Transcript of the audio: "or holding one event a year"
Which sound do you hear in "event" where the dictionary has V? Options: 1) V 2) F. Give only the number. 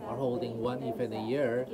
2